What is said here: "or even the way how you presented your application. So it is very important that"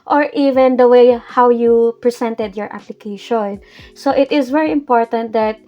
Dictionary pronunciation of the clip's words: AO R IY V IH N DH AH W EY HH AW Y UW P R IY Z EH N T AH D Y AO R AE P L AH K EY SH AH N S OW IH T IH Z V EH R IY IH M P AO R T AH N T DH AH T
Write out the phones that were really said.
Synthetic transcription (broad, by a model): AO R IY V IH N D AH W EY HH AW Y UW P R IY S EH N T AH D Y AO R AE P L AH K EY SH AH N S OW IH T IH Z V EH R IY IH M P AO R T AH N T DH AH T